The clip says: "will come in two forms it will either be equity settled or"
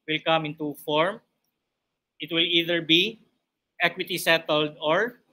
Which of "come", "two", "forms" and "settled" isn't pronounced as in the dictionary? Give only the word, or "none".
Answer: forms